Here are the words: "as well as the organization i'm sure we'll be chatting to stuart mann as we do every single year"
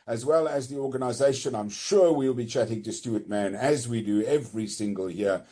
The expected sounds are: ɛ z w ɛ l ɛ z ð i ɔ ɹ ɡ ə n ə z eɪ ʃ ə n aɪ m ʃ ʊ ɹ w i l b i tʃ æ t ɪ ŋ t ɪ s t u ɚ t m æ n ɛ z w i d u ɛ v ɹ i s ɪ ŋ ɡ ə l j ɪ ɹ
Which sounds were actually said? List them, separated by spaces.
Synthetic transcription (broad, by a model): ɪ z w ɛ l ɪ z ð i ɔ ɹ ɡ ə n ə z eɪ ʃ ə n aɪ m ʃ ʊ ɹ w i l b i tʃ æ t ɪ ŋ t ɪ s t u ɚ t m æ n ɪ z w i d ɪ ɛ v ɹ i s ɪ ŋ ɡ ə l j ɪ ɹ